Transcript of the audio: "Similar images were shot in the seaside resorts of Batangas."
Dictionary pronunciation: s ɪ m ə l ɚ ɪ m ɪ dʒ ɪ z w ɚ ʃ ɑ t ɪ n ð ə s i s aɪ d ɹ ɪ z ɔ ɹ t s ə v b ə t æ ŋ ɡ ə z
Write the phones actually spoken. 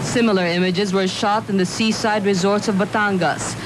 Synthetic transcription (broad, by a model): s ɪ m l ɚ ɪ m ɪ dʒ ɪ z w ɚ ʃ ɑ t ɪ n ð ə s i s aɪ d ɹ ɪ z ɔ ɹ t s ə v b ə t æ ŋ ɡ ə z